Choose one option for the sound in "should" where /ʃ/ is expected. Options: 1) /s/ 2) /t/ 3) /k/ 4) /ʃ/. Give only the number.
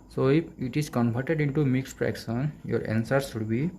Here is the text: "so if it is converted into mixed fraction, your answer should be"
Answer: 1